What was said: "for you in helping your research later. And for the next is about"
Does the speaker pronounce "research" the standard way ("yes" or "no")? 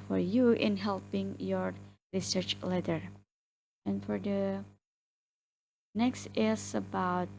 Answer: yes